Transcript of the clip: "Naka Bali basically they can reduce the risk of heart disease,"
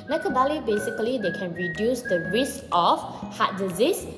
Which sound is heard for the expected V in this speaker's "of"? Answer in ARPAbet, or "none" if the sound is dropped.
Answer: F